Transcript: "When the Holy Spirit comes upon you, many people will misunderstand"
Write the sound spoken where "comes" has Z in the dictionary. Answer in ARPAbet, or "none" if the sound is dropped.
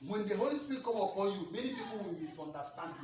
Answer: none